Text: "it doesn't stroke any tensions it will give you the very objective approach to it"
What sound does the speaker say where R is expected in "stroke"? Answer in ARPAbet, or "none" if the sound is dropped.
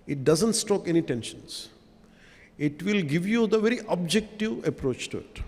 none